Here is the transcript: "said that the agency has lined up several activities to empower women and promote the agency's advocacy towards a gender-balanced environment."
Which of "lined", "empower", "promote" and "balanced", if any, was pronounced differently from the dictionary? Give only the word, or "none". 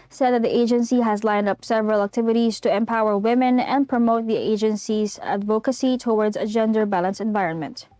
balanced